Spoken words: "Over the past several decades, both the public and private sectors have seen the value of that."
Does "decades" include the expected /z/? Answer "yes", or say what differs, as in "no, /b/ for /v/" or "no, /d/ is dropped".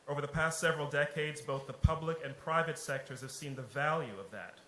yes